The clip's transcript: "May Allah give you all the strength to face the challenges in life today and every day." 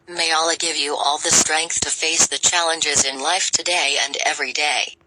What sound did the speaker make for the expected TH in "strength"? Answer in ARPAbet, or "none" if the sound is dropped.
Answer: TH